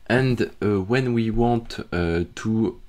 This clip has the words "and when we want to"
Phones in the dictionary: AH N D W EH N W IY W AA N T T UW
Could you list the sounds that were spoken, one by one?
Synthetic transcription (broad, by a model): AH N D W EH N W IY W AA T T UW